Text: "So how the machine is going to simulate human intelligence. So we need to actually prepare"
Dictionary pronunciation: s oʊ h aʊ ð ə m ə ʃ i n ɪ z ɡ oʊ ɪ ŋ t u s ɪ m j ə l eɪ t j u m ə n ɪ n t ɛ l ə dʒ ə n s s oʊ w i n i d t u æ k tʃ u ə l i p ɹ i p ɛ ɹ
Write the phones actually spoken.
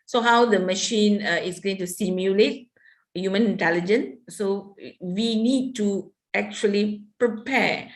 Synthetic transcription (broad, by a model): s oʊ h aʊ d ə m ə ʃ i n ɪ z ɡ oʊ ɪ ŋ t u s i m j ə l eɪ t j u m ə n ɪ n t ɛ l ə dʒ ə n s s oʊ w i n i d t u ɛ k tʃ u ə l i p ɹ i p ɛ